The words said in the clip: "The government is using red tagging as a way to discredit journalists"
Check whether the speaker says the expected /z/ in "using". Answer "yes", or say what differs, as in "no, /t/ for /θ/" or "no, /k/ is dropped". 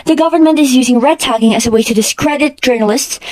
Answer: yes